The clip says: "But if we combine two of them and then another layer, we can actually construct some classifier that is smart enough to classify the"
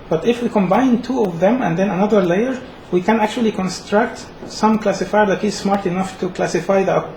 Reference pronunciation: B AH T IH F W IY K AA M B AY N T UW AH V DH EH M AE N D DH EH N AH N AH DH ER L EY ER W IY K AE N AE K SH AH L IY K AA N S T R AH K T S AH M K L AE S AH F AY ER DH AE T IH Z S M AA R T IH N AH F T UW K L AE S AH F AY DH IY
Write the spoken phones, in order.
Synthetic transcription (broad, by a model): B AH T IH F W IY K AA M B AY N T UW AH V DH EH M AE N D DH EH N AH N AH DH ER L EY ER W IY K AE N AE K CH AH L IY K AA N S T R AH K T S AH M K L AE S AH F AY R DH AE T IH Z S M AA R T IH N AH F T UW K L AE S AH F AY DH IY